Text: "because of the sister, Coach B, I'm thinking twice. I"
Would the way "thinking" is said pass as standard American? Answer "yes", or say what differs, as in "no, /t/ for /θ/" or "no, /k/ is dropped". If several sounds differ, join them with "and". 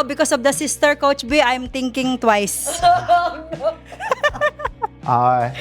no, /t/ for /θ/